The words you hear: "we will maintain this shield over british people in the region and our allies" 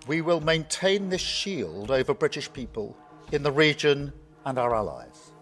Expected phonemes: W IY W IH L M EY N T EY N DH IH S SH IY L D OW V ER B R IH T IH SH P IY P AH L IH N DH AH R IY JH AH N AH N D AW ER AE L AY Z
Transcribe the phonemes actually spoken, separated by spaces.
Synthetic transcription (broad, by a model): W IY W IH L M EY N T EY N DH IH S SH IY L D OW V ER B R IH T IH SH P IY P AH L IH N DH AH R IY JH AH N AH N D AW ER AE L AY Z